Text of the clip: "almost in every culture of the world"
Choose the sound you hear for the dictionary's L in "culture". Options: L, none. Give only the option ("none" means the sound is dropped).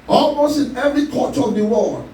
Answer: none